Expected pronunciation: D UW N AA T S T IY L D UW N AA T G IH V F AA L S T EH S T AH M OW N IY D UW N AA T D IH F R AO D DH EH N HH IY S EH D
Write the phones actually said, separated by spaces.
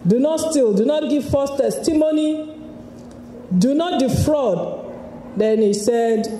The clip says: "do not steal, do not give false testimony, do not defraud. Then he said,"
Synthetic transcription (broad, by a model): D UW N AA T S T IY L D UW N AA T G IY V F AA S T EH S T AH M OW N IY D UW N AA T D IH F R AO D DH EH N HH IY S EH D